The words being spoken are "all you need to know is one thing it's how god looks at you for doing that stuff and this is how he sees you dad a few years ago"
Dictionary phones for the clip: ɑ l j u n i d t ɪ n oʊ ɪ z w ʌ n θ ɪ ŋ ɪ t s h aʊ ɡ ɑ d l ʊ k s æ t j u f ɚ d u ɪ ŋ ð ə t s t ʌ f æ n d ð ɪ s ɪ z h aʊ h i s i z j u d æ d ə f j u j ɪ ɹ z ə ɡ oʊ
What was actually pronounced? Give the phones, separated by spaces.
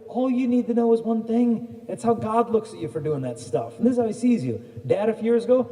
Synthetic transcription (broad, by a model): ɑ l j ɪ n i d t ɪ n oʊ ɪ z w ʌ n θ ɪ ŋ ɪ t s h aʊ ɡ ɑ d l ʊ k s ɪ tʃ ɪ f ɚ d u ɪ ŋ ð ə t s t ʌ f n ð ɪ s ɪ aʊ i s i z j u d æ d ə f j j ɪ ɹ z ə ɡ oʊ